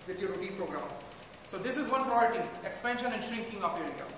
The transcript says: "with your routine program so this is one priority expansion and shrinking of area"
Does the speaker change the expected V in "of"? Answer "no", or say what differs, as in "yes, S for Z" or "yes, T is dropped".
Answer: yes, P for V